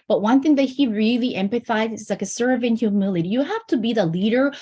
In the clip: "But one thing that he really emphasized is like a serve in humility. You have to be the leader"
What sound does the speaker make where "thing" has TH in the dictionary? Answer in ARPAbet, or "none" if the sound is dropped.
TH